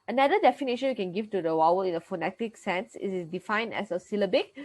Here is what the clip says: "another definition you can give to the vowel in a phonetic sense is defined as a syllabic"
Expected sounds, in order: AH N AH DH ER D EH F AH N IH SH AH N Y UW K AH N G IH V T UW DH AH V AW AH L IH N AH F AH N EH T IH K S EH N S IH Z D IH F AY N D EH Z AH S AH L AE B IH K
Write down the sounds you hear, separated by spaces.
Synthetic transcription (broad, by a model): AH N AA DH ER D EH F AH N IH SH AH N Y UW K AH N G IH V T UW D AH W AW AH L IH N AH F AH N EH T IH K S EH N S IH S D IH F AY N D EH S AH S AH L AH B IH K